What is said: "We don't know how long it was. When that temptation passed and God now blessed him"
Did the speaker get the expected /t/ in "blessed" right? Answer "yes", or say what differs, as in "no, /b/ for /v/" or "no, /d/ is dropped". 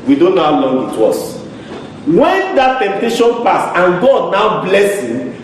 no, /t/ is dropped